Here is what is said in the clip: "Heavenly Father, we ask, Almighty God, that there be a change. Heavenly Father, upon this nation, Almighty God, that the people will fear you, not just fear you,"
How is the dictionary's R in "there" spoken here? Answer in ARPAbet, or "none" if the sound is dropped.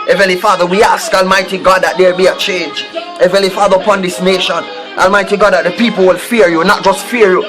L